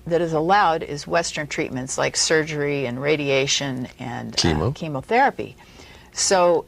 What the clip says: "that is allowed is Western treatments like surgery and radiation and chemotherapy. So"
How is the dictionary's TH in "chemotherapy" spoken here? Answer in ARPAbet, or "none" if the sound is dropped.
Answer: TH